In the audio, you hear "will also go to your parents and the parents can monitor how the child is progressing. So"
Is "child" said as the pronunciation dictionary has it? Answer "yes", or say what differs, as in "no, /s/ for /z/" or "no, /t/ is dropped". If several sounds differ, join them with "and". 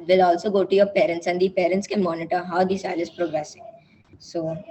no, /s/ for /tʃ/ and /d/ is dropped